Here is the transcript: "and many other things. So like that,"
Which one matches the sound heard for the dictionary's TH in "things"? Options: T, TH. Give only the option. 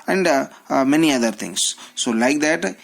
T